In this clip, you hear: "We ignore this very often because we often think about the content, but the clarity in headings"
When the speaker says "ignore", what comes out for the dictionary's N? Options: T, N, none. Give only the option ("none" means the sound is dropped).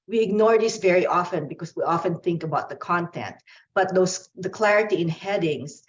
N